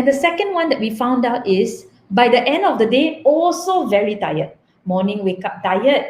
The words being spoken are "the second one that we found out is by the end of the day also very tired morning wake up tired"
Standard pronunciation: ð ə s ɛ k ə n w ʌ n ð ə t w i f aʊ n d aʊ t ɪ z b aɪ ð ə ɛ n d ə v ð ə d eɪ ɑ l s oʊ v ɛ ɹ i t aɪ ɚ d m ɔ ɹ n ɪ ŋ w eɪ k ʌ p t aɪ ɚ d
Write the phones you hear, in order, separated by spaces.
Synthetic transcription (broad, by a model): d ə s ɛ k ə n w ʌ n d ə t w i f aʊ n d aʊ t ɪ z b aɪ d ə ɛ n d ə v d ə d eɪ ɑ l s oʊ v ɛ ɹ i t aɪ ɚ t m ɔ n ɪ ŋ w eɪ k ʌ p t aɪ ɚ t